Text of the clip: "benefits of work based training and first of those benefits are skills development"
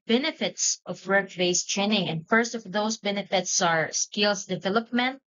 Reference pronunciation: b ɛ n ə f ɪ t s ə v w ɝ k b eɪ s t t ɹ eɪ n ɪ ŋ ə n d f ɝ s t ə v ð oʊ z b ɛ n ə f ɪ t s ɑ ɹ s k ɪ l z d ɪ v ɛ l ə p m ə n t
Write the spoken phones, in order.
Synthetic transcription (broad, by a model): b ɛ n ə f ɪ t s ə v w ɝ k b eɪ s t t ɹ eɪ n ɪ ŋ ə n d f ɝ s t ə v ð oʊ s b ɛ n ə f ɪ t s ɑ ɹ s k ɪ l s d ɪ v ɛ l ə p m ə n t